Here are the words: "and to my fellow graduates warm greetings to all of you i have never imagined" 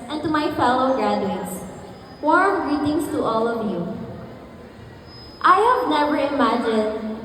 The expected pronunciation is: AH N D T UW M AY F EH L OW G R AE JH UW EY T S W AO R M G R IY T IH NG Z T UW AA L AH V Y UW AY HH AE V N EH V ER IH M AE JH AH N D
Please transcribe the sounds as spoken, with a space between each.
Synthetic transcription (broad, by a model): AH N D T UW M AY F EH L OW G R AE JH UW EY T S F AO R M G R IY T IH NG S T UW AA L AH V Y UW AY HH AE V N EH V ER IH M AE JH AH N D